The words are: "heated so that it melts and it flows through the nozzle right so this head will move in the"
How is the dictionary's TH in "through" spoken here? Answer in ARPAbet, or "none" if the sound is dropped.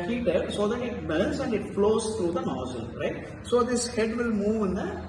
T